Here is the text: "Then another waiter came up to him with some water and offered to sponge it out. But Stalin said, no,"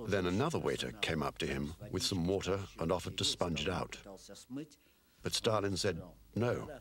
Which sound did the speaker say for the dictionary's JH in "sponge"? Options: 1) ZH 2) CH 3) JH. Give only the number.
3